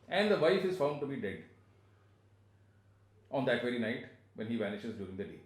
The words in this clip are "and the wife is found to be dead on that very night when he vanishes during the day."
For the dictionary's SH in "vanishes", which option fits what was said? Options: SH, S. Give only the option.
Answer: SH